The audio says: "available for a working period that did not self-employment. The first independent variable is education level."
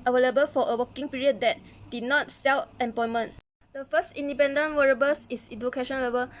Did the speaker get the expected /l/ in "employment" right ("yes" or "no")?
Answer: no